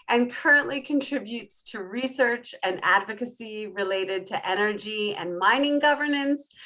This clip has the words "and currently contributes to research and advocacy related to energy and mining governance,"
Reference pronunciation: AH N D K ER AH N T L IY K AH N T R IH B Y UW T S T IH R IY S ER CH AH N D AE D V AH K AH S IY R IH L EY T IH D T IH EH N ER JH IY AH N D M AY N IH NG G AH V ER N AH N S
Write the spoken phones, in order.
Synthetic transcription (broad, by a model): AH N K ER AH N T L IY K AH N T R IH B Y UW T S T IH R IY S ER CH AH N AE D V AH K AH S IY R IH L EY T IH D T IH EH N ER JH IY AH N M AY N IH NG G AH V ER N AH N S